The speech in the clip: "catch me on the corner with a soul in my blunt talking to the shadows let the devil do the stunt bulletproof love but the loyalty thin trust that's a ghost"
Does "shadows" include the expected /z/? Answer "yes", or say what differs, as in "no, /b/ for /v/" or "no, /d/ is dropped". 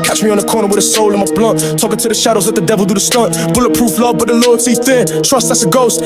yes